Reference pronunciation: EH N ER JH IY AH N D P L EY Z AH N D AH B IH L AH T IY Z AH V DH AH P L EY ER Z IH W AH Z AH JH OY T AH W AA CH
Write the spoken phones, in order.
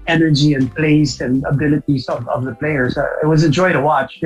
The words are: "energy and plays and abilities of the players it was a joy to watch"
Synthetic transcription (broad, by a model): EH N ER JH IY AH N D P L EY S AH N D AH B IH L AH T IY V AH V DH AH P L EY ER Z IH W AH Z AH JH OY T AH W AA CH